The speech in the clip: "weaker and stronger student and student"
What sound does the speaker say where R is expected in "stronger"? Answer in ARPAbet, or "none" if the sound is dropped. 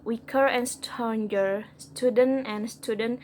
none